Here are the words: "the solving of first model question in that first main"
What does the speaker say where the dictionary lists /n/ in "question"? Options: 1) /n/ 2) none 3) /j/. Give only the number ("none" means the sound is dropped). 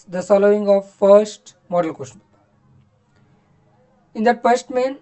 2